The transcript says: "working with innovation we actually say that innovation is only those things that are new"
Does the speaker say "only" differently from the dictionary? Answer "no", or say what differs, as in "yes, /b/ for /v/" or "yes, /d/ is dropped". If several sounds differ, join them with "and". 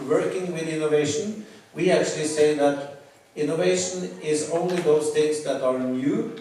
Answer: no